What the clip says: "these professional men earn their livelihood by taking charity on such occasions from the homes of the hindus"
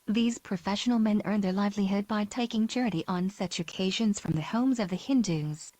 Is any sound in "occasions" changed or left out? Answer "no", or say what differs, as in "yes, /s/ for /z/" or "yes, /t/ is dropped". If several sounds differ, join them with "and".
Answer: no